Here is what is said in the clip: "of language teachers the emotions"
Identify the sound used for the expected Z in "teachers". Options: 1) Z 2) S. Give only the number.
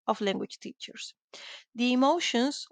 2